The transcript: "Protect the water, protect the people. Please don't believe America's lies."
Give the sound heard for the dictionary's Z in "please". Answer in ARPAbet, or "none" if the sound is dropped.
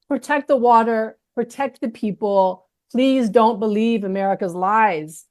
Z